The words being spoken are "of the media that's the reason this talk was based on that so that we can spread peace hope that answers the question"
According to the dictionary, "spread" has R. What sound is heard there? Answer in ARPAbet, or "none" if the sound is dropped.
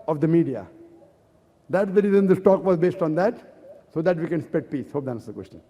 none